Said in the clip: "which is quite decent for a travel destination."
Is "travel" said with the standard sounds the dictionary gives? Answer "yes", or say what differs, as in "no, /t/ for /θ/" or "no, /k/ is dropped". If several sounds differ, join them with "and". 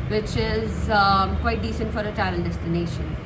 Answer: no, /ɹ/ is dropped